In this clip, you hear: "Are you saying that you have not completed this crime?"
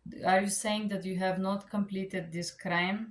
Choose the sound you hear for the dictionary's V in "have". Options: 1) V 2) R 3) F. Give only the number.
1